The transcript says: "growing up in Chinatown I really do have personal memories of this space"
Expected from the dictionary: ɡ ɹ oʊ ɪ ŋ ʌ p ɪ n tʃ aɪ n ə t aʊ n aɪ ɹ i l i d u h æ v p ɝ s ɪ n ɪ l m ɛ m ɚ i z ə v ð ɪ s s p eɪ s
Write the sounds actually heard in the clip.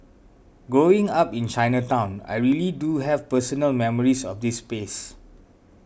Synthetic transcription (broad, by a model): ɡ oʊ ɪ ŋ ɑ p ɪ n tʃ aɪ n ə t aʊ n aɪ ɹ i l i d u h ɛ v p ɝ s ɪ n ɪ l m ɛ m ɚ i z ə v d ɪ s s p eɪ s